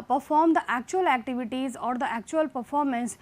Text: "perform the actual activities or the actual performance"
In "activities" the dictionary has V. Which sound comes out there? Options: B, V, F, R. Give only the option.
V